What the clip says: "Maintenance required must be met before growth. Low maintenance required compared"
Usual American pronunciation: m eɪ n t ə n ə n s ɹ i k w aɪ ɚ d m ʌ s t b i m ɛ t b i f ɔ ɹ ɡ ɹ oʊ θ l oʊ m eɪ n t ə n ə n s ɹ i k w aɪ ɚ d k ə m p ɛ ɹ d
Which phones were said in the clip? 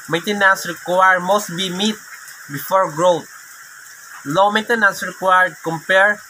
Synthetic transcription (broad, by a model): m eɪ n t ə n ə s ɹ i k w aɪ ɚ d m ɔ s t b i m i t b i f ɔ ɹ ɡ ɹ oʊ t l oʊ m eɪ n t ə n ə s ɹ i k w aɪ ɚ d k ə m p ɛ ɹ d